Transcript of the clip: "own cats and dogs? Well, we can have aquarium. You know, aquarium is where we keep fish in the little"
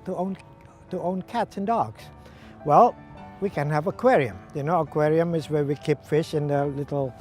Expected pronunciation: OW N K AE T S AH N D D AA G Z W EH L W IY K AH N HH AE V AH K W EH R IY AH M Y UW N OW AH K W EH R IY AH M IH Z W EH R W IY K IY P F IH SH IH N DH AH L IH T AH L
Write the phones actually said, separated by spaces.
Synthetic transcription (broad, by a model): OW N K AE T S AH N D D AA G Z W EH L W IY K AH N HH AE V AH K W EH R IY AH M Y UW N OW AH K W EH R IY AH M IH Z W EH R W IY K IY P F IH SH IH N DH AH L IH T L